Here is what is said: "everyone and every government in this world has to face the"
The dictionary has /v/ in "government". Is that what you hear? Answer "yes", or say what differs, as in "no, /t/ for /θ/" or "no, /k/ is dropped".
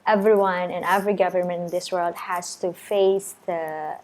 yes